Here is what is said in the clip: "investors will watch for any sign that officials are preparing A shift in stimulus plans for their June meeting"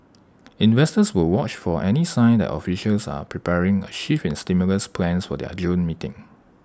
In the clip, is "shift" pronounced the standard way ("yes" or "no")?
no